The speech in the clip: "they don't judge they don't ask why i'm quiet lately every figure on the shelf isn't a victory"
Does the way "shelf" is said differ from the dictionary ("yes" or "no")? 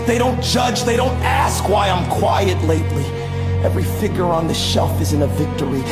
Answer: no